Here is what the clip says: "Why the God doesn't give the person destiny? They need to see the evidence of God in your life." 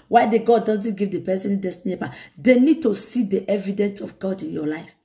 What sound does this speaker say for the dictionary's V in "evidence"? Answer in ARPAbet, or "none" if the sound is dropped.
V